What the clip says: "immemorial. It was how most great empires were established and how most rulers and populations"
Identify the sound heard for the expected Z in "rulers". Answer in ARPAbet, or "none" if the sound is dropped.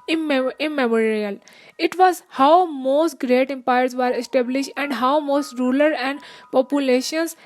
none